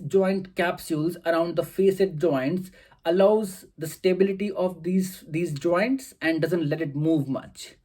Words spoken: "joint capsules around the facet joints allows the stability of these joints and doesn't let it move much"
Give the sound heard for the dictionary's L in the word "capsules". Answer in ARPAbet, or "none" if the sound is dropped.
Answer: L